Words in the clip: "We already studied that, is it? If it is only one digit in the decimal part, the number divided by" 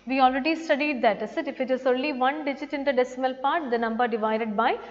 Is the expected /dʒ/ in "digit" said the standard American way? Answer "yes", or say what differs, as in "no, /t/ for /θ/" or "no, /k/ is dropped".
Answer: yes